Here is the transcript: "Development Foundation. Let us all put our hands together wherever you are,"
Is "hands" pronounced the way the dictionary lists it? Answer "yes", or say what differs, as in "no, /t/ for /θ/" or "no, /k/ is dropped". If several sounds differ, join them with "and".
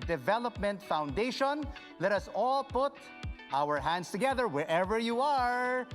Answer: no, /s/ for /z/